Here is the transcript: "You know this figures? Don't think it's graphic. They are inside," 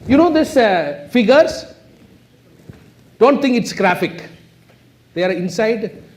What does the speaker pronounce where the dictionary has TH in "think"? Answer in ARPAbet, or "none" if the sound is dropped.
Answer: T